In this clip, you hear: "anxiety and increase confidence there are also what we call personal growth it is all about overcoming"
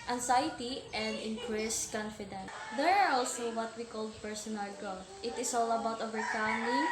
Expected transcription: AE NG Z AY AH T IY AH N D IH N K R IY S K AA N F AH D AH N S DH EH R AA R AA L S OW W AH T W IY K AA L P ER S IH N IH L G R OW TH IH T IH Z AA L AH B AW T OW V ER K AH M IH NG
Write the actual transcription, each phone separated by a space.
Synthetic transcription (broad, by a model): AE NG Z AY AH T IY AH N D IH N K R IY S K AA N F AH D AH N S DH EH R AA R AA L S OW W AH T W IY K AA L P ER S IH N IH L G OW IH T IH S AA L AH B AW T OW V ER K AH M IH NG